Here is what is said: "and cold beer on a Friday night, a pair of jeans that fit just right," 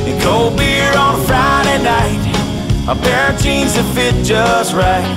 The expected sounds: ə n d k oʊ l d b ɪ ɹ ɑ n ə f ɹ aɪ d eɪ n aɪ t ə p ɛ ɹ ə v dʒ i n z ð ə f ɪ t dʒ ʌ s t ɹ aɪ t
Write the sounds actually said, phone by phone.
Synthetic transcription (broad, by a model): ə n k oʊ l b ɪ ɹ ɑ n f ɹ aɪ d eɪ n aɪ t ə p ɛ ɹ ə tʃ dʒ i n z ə f ɪ t dʒ ʌ s t ɹ aɪ t